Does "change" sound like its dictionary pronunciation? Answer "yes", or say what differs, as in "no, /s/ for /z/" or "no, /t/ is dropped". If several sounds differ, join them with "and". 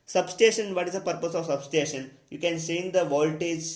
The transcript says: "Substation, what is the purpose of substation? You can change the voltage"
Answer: no, /s/ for /tʃ/